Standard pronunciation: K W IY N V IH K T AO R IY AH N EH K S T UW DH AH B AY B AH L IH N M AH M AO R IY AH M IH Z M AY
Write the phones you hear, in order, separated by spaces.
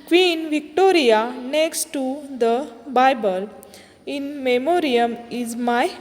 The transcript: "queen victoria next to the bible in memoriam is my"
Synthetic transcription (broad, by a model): K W IY N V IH K T AO R IY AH N EH K S T UW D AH B AY B AH L IH N M AH M AO R IY AH M IH Z M AY